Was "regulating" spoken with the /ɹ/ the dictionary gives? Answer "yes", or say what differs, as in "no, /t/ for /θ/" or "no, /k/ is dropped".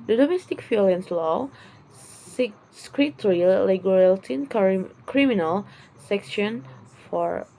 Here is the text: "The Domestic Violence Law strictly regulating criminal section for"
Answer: no, /l/ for /ɹ/